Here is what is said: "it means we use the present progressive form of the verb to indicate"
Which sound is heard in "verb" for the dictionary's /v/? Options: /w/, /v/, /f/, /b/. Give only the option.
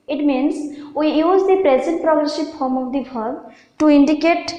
/b/